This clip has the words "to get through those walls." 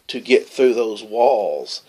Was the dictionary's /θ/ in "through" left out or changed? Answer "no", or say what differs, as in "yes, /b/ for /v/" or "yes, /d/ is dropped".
no